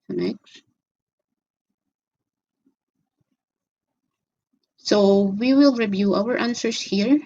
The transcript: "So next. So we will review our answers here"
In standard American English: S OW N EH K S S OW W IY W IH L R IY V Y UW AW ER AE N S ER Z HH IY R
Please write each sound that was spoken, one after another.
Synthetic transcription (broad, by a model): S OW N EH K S S OW W IY W IH L R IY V Y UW AW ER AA N S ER S HH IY R